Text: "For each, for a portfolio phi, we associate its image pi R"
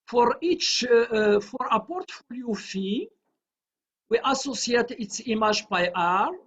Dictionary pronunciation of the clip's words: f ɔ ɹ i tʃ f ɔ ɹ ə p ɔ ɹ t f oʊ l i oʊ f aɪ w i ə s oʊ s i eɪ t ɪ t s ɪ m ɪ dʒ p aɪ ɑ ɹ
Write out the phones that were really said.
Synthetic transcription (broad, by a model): f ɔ ɹ i tʃ f ɔ ɹ ə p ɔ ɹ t f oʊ l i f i w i ə s oʊ s i eɪ t ɪ t s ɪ m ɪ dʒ b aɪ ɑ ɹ